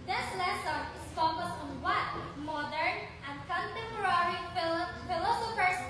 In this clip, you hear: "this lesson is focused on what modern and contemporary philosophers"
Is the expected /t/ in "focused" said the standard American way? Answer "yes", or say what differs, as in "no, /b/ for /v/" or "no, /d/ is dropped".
no, /t/ is dropped